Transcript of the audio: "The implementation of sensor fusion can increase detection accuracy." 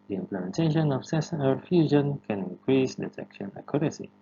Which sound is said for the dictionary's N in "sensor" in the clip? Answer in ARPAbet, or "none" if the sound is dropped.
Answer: none